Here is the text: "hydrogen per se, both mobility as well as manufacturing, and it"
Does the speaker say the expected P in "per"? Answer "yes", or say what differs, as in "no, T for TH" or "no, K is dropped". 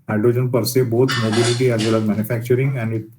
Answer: yes